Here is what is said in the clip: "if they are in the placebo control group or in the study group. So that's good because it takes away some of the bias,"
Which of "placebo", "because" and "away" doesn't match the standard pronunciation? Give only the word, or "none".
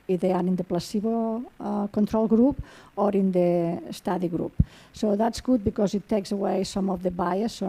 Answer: none